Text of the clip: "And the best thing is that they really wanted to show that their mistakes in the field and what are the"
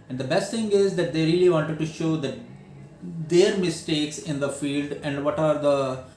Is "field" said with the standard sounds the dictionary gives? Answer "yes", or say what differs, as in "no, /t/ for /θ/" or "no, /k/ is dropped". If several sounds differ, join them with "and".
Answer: yes